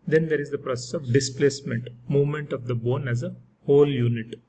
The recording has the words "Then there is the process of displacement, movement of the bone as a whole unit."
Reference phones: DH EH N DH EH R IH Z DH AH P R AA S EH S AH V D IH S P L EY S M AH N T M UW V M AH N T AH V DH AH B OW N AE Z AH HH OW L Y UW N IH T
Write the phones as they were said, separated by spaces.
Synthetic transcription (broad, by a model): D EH N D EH R IH Z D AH P R AA S EH S AH V D IH S P L EY S M AH N T M UW V M AH N T AH V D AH B OW N AE Z AH HH OW L Y UW N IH T